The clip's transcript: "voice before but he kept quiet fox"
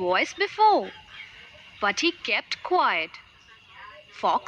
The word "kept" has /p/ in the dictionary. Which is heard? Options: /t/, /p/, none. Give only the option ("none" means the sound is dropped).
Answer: /p/